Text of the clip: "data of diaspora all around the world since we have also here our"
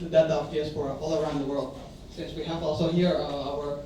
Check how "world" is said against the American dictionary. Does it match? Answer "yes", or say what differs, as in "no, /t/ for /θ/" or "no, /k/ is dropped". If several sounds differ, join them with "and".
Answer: yes